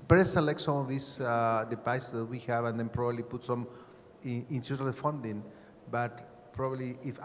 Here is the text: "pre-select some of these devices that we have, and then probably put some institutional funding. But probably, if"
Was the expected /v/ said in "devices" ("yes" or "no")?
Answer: no